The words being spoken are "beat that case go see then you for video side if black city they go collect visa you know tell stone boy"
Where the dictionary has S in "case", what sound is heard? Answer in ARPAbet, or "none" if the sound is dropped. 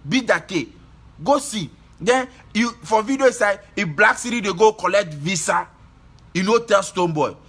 none